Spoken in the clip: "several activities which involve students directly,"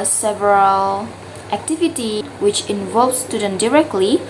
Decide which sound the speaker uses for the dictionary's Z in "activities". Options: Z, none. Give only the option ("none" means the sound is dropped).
none